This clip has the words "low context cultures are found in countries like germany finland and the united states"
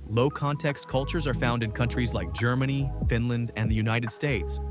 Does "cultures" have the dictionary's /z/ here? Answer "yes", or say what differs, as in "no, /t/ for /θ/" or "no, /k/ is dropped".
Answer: yes